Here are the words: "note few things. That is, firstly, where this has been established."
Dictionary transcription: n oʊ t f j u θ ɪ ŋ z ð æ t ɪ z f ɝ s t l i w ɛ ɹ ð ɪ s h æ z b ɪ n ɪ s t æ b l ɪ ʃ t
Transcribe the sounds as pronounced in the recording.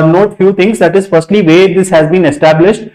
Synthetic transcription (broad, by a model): n oʊ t f j u t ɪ ŋ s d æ t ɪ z f ɝ s t l i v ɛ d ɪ s h æ z b ɪ n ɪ s t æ b l ɪ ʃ t